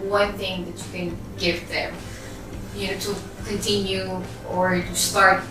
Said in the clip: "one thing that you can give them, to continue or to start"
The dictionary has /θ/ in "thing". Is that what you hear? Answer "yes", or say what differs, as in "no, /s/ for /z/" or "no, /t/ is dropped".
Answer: yes